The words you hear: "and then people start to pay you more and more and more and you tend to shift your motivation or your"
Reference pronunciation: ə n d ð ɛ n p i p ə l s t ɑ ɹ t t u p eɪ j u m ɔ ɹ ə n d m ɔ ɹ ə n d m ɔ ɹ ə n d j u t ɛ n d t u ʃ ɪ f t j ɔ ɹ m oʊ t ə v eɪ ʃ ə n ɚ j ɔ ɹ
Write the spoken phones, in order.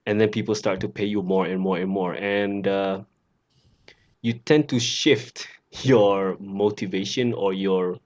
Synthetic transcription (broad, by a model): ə n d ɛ n p i p ə l s t ɑ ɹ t t u p eɪ j u m ɔ ɹ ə n m ɔ ɹ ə n m ɔ ɹ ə n d j u t ɛ n t u ʃ ɪ f t j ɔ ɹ m oʊ t ə v eɪ ʃ ə n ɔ j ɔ ɹ